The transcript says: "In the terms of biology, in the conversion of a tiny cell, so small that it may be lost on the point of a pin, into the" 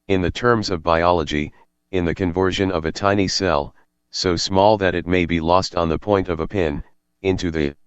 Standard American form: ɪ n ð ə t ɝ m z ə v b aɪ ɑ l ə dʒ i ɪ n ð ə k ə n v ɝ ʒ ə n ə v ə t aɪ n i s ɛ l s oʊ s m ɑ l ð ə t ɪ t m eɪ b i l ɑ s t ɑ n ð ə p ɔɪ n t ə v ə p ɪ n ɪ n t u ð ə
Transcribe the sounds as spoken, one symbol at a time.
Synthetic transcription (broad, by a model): ɪ n ð ə t ɝ m z ə v b aɪ ɑ l ə dʒ i ɪ n ð ə k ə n v ɝ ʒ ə n ə v ə t aɪ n i s ɛ l s oʊ s m ɑ l ð ə t ɪ t m eɪ b i l ɑ s t n ð ə p ɔɪ n t ə v ə p ɪ n ɪ n t u ð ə